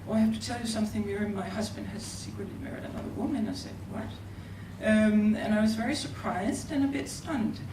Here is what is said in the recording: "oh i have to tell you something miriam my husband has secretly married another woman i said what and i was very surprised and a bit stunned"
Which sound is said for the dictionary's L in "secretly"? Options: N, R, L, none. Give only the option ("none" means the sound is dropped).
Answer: L